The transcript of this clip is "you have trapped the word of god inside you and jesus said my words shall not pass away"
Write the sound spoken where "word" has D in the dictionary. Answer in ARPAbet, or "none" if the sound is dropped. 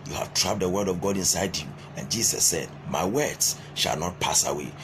D